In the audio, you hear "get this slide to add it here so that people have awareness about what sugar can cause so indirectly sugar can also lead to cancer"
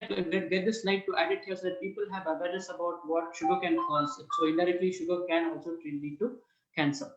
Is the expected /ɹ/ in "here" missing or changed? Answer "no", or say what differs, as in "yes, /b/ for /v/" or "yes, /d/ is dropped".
yes, /l/ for /ɹ/